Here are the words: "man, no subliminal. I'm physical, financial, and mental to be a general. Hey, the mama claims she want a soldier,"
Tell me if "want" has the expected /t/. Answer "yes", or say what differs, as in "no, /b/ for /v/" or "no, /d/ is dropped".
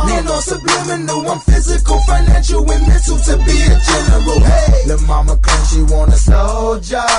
no, /t/ is dropped